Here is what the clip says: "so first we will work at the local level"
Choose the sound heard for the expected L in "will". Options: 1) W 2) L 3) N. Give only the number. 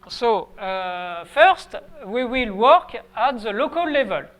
2